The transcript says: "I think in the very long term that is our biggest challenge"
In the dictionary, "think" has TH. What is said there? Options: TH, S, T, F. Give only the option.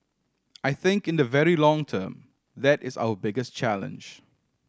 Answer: TH